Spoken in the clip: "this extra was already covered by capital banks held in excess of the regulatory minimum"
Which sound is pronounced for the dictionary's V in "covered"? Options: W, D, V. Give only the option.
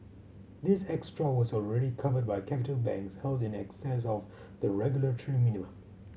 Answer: V